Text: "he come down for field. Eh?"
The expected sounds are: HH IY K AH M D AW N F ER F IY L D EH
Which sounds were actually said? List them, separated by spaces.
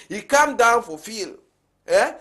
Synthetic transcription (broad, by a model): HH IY K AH M D AW N F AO F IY L EH